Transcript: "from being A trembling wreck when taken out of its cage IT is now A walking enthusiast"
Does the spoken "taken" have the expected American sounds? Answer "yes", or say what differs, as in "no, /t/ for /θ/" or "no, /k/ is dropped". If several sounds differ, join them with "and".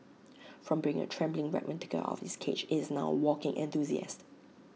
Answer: no, /n/ is dropped